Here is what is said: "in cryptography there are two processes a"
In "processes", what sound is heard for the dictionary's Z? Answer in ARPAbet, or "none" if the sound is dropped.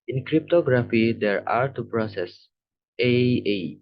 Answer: none